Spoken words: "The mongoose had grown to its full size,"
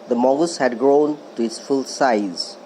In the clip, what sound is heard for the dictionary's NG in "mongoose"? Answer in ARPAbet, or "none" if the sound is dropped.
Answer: none